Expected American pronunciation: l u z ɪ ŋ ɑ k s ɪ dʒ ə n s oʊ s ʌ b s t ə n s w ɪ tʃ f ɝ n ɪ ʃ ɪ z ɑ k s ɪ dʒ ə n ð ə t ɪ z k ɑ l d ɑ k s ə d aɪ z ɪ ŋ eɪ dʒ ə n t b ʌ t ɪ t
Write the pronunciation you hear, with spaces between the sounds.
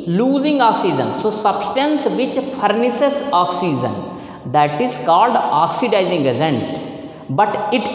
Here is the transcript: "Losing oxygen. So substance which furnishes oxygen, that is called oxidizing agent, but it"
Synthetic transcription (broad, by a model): l u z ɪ ŋ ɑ k s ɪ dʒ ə n s oʊ s ʌ b s t ə n s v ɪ tʃ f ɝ n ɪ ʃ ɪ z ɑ k s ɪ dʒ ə n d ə t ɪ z k ɑ l d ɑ k s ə d aɪ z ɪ ŋ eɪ z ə n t b ʌ t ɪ t